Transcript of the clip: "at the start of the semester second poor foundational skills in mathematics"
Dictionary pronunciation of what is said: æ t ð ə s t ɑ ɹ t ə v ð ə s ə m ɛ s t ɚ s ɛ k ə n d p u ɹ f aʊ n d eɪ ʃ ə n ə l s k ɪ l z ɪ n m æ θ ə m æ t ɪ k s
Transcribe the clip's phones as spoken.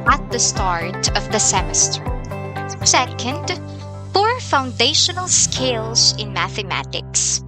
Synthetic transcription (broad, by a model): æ t ð ə s t ɑ ɹ t ə v ð ə s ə m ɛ s t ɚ s ɛ k ə n d b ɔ ɹ f aʊ n d eɪ ʃ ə n l s k ɪ l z ɪ n m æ θ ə m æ t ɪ k s